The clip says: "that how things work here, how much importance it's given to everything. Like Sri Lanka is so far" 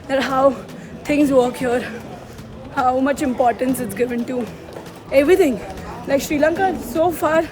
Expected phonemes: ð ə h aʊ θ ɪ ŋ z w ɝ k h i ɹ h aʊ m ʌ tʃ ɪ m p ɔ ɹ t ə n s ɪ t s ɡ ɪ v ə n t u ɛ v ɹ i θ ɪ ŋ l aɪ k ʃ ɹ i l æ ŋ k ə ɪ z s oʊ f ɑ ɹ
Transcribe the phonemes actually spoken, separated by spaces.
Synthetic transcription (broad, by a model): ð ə h aʊ t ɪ ŋ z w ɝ k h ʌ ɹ h aʊ m ʌ tʃ ɪ m p ɔ ɹ t ə n s ɪ t s ɡ ɪ v ə n t u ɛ v ɹ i t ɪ ŋ l aɪ k ʃ ɹ i l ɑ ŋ k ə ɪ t s oʊ f ɑ ɹ